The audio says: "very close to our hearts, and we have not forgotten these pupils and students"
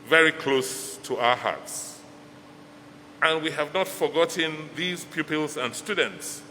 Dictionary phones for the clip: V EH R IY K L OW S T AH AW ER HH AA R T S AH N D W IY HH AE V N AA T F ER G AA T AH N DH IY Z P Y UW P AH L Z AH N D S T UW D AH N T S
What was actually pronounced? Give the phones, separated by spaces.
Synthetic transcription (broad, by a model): V EH R IY K L OW S T AH AW ER HH AA R T S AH N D W IY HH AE V N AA T F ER G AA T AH N DH IY Z P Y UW P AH L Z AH N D S T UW D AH N T S